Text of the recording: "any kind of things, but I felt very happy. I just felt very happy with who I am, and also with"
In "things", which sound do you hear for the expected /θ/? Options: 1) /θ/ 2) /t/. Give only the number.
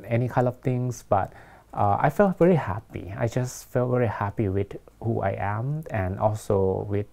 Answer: 2